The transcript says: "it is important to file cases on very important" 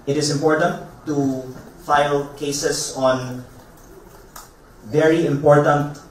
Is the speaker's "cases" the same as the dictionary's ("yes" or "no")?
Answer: no